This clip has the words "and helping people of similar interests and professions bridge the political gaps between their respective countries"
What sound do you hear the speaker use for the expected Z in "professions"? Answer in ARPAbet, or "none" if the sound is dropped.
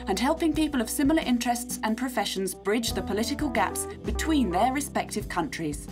Z